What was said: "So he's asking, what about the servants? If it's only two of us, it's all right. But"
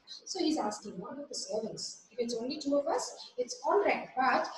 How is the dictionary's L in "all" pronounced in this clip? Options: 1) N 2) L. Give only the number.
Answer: 1